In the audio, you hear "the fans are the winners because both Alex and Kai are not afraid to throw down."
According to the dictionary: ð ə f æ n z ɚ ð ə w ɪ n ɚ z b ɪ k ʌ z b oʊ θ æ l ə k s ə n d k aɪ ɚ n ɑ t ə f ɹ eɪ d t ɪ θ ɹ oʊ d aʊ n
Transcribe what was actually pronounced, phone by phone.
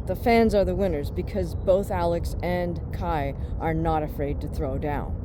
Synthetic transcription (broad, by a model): ð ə f æ n z ɚ ð ə w ɪ n ɚ z b ɪ k ʌ z b oʊ θ æ l ə k s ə n k aɪ ɚ n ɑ t ə f ɹ eɪ d t ɪ θ ɹ oʊ d aʊ n